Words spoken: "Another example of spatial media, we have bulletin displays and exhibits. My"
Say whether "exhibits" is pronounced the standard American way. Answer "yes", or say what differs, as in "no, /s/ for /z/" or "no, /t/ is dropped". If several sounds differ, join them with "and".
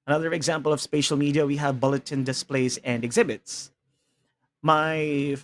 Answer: yes